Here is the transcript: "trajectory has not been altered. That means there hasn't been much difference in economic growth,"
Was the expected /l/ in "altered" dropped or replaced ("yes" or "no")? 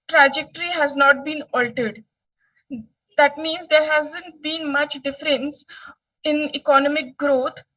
no